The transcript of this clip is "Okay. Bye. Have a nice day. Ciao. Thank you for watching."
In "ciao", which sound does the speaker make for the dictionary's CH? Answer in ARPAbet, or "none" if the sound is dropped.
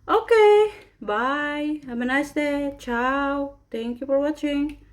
CH